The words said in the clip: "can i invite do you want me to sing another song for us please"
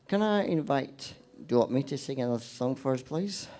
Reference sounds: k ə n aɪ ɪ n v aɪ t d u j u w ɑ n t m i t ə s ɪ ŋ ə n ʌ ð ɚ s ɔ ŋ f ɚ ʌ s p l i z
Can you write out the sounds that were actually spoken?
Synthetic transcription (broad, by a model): k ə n aɪ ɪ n v aɪ t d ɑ t m i t ə s ɪ ŋ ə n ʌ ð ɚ s ɔ ŋ f ɚ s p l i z